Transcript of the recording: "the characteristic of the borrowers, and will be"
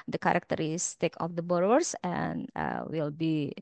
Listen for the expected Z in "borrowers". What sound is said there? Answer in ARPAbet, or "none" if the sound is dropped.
S